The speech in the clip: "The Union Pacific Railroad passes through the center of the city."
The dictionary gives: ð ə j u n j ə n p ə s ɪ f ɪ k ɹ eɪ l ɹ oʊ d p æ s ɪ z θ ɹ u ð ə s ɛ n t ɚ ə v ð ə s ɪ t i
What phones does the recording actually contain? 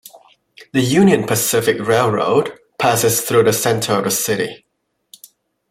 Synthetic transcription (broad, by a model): ð ə j u n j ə n p ə s ɪ f ɪ k ɹ eɪ l ɹ oʊ d p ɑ s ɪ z θ ɹ u ð ə s ɛ n t ɚ ə v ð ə s ɪ t i